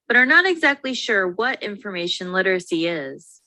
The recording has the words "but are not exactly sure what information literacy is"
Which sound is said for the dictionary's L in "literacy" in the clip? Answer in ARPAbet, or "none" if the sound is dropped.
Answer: L